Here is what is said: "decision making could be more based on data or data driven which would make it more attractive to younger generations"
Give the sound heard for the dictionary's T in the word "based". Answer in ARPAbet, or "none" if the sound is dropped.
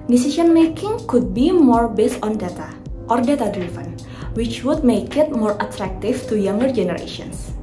T